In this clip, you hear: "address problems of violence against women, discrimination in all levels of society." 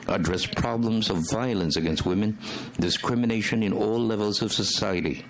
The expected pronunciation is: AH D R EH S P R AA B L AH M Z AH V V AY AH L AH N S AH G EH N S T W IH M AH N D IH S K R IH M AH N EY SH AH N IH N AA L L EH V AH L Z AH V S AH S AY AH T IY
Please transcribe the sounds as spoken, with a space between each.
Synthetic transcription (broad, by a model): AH D R EH S P R AA B L AH M Z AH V V AY AH L AH N S AH G EH N S T W IH M AH N D IH S K R IH M AH N EY SH AH N IH N AA L L EH V AH L Z AH V S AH S AY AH T IY